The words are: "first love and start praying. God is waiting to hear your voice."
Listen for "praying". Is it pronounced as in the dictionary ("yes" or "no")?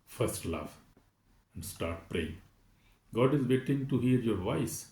yes